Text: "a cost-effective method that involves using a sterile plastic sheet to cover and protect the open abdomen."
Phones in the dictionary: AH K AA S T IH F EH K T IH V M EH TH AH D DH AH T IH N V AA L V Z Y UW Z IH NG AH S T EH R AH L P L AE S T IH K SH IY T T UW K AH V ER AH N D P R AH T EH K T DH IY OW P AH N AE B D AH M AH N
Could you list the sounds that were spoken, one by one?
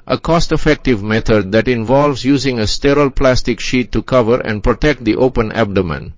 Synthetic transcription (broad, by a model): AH K AA S T IH F EH K T IH V M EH T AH D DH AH T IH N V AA L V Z Y UW Z IH NG AH S T EH R AH L P L AE S T IH K SH IY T T UW K AH V ER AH N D P R AH T EH K T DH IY OW P AH N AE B D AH M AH N